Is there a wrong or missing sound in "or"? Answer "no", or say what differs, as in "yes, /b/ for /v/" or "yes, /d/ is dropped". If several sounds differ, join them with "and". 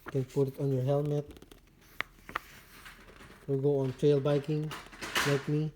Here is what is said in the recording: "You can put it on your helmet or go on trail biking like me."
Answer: yes, /l/ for /ɹ/